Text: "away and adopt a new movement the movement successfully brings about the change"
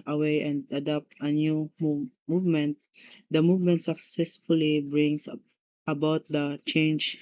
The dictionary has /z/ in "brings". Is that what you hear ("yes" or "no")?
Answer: no